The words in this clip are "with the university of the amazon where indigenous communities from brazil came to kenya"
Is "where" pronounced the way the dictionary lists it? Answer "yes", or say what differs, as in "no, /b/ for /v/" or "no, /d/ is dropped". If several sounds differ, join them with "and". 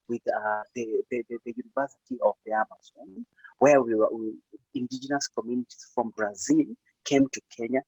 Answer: no, /w/ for /ɹ/